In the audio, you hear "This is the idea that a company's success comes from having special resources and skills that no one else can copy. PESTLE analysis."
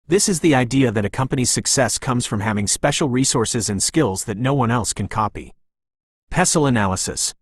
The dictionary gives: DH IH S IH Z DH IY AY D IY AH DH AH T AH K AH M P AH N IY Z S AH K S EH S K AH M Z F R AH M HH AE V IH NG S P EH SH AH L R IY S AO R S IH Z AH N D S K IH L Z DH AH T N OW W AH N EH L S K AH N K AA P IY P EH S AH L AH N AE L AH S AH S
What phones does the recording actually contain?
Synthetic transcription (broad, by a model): DH IH S IH Z DH IY AY D IY AH DH AH T AH K AH M P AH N IY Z S AH K S EH S K AH M Z F R AH M HH AE V IH NG S P EH SH L R IY S AO R S IH Z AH N S K IH L Z DH AH T N OW W AH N EH L S K AH N K AA P IY P EH S L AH N AE L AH S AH S